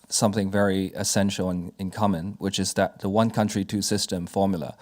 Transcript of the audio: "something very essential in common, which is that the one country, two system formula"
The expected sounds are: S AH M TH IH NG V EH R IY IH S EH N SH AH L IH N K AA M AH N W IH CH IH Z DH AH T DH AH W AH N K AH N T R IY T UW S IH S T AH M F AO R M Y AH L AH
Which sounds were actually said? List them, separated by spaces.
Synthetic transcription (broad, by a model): S AH M TH IH NG V EH R IY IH S EH N SH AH N IH N K AA M AH N W IH CH IH Z DH AH T DH AH W AH N K AH N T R IY T UW S IH S T AH M F AO R M Y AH L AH